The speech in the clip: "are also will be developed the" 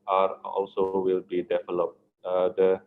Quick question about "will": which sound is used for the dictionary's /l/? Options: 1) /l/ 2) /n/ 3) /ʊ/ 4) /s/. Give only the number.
1